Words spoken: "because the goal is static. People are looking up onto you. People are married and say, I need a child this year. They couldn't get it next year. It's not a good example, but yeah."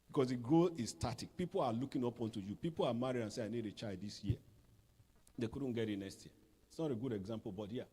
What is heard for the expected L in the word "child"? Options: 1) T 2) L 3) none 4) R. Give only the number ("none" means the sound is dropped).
3